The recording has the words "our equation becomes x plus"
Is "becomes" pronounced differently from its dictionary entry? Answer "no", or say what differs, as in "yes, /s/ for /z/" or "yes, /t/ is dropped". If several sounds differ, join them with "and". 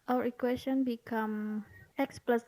yes, /z/ is dropped